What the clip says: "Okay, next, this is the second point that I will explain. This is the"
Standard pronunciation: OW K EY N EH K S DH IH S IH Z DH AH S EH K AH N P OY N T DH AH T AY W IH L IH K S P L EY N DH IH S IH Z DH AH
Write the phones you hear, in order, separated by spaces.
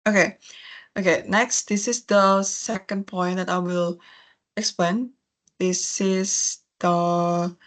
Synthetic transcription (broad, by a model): OW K EY N EH K S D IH S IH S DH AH S EH K AH N P OY N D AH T AY W IH L IH K S P L EY N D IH S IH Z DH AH